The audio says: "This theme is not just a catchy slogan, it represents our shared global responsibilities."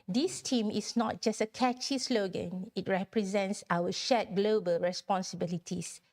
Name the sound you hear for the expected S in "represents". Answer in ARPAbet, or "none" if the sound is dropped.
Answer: S